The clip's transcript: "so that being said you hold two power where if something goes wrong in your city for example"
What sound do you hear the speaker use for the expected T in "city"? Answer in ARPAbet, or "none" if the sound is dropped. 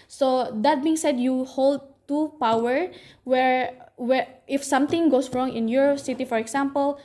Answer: T